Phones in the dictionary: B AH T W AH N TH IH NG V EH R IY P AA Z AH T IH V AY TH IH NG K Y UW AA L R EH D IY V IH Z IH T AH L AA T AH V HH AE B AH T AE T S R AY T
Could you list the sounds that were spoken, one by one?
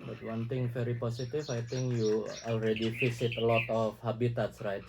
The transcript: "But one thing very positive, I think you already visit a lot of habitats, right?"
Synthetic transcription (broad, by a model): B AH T W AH N T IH NG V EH R IY P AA S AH T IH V AY T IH NG K Y UW AA L R EH D IY F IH S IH T AH L AA T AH F HH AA B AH T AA T S R AY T